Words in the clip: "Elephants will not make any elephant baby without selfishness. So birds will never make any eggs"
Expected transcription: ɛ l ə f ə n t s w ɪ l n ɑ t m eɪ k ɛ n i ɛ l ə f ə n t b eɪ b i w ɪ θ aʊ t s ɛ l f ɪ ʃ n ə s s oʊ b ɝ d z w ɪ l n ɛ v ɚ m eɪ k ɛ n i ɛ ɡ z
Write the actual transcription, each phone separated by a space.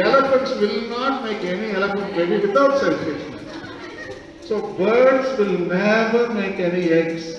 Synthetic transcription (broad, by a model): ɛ l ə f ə n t s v ɪ l n ɑ t m eɪ k ɛ n i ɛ l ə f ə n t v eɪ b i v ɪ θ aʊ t s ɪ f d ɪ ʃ ə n s oʊ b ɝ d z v ɪ l n ɛ v ɚ m eɪ k ɛ n i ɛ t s